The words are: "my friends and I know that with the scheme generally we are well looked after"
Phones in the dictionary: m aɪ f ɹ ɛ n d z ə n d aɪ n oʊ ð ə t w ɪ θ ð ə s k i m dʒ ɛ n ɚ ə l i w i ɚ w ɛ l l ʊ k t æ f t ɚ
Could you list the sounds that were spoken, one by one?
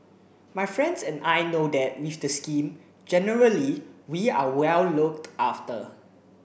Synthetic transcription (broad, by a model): m aɪ f ɹ ɛ n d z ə n aɪ n oʊ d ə t w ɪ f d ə s k i m dʒ ɛ n ɚ ə l i w i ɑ w ɛ l l ʊ k t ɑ f t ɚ